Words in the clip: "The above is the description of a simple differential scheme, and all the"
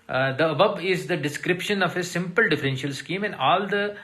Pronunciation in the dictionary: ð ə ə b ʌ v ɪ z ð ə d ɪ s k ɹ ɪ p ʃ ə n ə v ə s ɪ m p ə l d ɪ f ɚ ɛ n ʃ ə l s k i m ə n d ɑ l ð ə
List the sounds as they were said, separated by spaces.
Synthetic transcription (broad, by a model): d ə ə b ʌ b ɪ z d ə d ɪ s k ɹ ɪ p ʃ ə n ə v ə s ɪ m p ə l d ɪ f ɚ ɛ n ʃ ə l s k i m ə n d ɑ l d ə